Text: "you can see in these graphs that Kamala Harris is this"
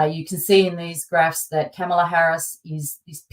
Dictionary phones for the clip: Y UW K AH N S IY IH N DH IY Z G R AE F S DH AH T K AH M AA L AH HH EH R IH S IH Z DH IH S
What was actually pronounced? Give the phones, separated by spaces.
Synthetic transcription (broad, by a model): Y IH K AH N S IY IH N DH IY Z G R AE F S DH AH T K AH M L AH HH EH R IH S IH Z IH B